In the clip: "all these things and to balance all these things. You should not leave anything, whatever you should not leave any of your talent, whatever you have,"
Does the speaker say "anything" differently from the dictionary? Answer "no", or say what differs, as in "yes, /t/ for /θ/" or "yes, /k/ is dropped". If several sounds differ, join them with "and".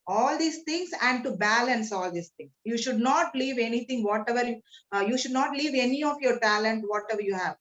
yes, /t/ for /θ/